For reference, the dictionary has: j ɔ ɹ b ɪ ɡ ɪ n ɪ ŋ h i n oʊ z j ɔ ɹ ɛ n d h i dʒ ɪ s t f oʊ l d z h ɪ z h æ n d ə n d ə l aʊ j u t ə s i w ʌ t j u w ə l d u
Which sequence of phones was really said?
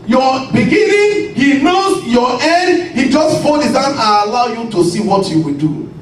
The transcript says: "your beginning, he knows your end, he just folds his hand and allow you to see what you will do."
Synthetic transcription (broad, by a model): j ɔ b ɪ ɡ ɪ n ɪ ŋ h i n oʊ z j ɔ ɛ d h i dʒ ɪ s t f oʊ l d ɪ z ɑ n ə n ə l aʊ j u t ə s i w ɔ t j u w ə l d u